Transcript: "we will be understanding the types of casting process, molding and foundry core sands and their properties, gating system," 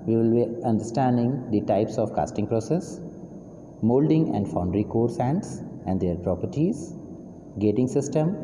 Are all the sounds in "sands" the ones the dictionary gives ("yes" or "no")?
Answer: no